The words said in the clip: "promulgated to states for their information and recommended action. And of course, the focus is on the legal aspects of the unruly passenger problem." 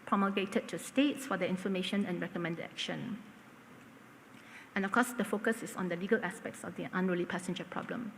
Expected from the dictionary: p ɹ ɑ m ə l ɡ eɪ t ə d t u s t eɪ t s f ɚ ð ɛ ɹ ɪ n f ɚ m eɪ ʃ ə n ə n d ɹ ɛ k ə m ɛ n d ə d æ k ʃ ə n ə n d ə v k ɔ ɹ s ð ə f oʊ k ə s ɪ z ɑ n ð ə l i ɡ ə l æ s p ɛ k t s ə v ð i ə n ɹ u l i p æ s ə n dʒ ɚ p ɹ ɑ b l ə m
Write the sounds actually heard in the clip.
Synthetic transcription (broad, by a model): p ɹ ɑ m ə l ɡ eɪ t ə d t u s t eɪ t s f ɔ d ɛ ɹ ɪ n f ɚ m eɪ ʃ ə n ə n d ɹ ɛ k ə m ɛ n d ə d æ k ʃ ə n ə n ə f k ɔ s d ə f oʊ k ə s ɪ s ɑ n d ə l i ɡ ə l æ s p ɛ k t s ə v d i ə n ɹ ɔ l i p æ s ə n dʒ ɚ p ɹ ɑ b l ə m